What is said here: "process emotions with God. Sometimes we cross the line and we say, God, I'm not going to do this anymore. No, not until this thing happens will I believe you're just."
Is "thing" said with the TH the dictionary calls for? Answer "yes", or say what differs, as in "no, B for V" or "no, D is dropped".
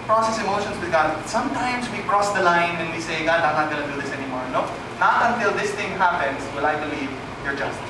no, T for TH